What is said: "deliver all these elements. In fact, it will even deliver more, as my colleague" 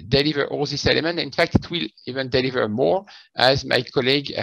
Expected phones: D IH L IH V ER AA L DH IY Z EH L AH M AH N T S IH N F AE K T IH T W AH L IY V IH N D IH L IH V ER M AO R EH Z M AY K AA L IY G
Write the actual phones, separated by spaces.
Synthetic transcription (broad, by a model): D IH L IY V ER AA L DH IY S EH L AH M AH N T IH N F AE K T IH T W AH L IY V IH N D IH L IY V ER M AO R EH Z M AY K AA L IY G